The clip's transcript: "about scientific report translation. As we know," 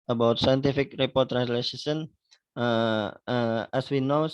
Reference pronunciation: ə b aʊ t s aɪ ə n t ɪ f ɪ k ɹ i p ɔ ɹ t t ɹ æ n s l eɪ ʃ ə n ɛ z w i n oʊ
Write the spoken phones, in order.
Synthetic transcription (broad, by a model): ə b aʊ t s aɪ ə n t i f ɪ k ɹ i p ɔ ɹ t t ɹ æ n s l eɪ s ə n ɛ s w i n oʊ